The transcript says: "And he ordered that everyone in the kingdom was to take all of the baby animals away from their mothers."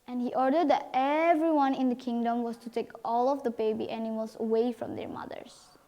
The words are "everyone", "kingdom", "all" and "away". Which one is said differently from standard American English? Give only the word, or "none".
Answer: none